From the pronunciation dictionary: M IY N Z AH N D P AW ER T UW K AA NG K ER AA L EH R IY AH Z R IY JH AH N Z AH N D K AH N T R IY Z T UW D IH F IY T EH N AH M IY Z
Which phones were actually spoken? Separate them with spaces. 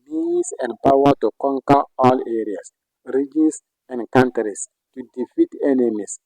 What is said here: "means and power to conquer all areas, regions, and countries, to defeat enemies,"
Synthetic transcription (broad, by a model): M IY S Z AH N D P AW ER T UW K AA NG K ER AA L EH R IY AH S R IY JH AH N S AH N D K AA N T R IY S T UW D IH F IY T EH N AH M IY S